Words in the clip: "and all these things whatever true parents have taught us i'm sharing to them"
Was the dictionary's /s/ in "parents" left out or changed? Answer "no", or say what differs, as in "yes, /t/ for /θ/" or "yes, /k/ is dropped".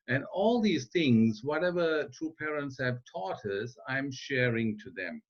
no